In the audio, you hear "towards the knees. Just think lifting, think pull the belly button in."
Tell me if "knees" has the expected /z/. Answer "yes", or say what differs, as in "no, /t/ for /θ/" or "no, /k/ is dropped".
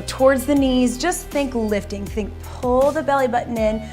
yes